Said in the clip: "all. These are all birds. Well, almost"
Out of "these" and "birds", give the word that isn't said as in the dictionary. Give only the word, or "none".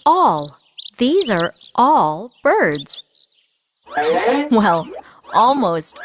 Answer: none